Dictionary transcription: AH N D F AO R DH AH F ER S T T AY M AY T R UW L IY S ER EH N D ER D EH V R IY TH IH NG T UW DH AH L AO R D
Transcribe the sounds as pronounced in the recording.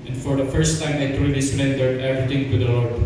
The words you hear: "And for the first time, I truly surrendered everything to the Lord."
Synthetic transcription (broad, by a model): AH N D F AO R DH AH F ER S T T AY M AY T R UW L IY S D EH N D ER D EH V R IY T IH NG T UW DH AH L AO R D